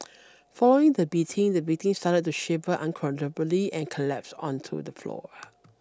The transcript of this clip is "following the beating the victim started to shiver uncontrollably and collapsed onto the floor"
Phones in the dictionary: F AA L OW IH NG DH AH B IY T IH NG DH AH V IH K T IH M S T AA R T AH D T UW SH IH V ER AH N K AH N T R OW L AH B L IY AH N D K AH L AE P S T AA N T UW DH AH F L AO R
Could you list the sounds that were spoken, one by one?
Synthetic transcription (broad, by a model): F AA L OW IH NG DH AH B IY T IH NG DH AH B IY T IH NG S T AA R T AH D T UW SH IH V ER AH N K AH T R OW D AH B L IY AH N K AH L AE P S AA N T UW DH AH F L AO